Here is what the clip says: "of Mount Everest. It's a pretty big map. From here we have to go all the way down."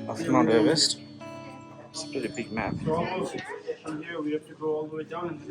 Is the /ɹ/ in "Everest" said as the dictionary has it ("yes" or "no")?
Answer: no